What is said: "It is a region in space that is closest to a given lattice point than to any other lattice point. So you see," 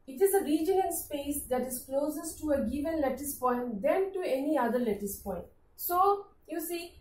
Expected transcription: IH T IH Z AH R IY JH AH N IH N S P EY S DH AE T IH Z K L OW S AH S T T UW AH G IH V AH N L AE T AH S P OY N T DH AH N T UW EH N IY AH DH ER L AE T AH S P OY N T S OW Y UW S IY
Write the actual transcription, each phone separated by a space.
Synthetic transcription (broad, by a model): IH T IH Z AH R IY JH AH IH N S P EY S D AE T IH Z K L OW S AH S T T UW AH G IH V AH N L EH T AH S P OY N T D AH N T UW EH N IY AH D ER L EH T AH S P OY N T S OW Y UW S IY